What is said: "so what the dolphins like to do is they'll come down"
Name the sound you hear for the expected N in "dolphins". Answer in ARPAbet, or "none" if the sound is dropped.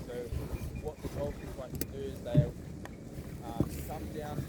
none